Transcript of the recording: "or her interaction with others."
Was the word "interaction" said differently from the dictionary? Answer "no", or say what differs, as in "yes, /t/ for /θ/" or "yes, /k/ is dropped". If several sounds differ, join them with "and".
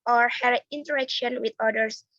no